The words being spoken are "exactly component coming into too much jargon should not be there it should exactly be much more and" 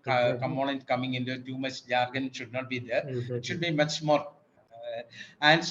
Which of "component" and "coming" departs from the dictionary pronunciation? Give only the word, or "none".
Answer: component